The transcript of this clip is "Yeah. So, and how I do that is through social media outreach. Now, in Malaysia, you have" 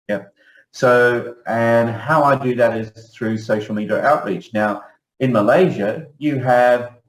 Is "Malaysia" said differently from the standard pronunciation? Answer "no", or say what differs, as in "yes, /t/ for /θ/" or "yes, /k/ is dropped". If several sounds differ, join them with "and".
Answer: no